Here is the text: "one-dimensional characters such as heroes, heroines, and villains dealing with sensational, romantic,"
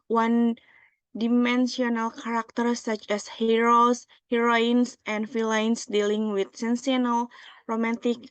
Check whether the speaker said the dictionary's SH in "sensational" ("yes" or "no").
no